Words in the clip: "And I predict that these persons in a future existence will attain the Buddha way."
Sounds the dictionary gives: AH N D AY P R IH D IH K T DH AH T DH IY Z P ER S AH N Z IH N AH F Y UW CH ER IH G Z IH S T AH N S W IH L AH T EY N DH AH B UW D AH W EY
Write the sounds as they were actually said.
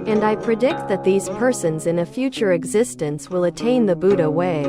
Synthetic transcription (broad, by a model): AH N D AY P R IH D IH K T DH AH T DH IY Z P ER S AH N Z IH N AH F Y UW CH ER IH G Z IH S T AH N S W IH L AH T EY N DH AH B UW D AH W EY